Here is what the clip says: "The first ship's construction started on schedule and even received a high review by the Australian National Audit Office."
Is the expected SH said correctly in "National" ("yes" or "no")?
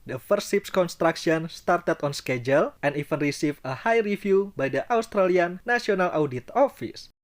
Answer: no